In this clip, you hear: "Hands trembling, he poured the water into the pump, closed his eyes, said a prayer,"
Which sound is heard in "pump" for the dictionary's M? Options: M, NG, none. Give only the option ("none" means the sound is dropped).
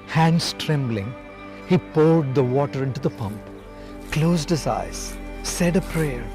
M